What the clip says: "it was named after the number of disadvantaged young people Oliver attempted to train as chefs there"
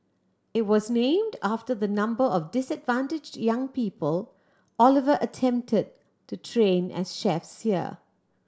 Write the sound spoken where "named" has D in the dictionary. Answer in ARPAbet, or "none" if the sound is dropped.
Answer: D